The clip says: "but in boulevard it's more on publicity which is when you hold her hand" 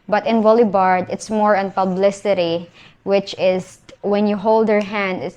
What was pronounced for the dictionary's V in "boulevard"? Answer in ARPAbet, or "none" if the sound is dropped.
B